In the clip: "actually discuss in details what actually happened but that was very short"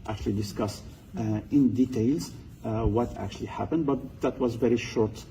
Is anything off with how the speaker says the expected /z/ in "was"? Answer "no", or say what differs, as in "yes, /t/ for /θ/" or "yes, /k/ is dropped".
no